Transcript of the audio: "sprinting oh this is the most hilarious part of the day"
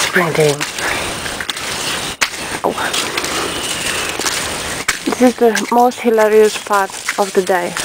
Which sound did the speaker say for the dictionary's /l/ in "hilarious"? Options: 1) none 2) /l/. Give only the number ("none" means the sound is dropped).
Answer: 2